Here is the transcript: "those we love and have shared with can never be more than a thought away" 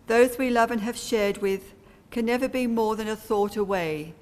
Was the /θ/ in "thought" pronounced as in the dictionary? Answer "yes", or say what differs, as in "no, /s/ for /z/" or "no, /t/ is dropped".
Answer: yes